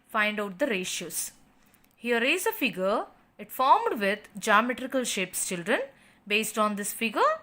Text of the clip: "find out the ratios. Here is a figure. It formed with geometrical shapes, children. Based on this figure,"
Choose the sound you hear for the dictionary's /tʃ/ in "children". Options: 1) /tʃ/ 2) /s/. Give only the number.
1